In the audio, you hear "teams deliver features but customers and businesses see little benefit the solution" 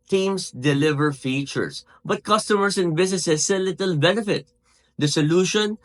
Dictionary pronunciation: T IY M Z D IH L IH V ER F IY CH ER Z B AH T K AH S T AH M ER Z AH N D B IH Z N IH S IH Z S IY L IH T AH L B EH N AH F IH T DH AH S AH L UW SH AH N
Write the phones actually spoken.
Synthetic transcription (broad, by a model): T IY M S D IH L IH V ER F IY CH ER S B AH T K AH S T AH M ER S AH N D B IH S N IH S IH S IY L IH T AH L B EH N F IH T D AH S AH L UW SH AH N